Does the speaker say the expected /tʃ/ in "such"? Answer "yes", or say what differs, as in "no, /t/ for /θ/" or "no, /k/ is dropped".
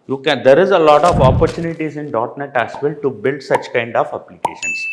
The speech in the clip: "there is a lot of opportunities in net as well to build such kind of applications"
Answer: yes